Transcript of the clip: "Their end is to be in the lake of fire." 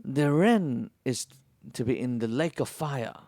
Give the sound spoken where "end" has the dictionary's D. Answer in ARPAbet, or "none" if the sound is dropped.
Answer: none